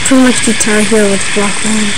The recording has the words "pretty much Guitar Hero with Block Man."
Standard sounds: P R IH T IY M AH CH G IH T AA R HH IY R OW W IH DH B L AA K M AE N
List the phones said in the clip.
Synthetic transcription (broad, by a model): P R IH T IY M AH CH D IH T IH L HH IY OW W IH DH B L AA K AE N